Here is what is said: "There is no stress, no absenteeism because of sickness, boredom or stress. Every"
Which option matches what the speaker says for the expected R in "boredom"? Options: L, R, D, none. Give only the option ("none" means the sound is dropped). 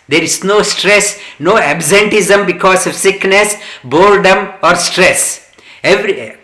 L